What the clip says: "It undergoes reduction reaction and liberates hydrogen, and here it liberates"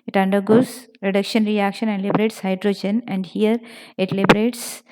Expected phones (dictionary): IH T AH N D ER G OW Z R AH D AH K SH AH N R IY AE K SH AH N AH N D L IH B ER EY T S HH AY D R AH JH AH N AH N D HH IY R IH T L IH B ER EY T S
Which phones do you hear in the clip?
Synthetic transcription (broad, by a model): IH T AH N D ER G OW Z R AH D AH K SH AH N R IY AE K SH AH N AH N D L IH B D EY T S HH AY D R AH JH AH N AH N D HH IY R IH T L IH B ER EY T S